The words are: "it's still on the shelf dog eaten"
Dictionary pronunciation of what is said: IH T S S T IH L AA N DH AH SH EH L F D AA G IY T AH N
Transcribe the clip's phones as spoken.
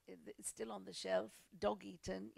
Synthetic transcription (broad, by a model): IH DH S S T IH L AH N DH AH SH EH L F D AA G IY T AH N